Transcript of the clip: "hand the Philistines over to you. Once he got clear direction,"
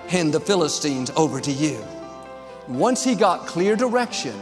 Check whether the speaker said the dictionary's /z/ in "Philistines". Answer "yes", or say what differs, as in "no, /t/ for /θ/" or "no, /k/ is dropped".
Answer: yes